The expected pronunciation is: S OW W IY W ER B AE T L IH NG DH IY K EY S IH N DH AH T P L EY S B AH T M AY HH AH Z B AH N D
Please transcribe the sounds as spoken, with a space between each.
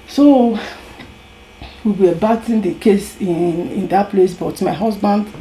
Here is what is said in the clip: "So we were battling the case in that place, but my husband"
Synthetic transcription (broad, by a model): S OW W IY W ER B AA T IH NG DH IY K EY S IH N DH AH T P L EY S B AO T M AY HH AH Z B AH N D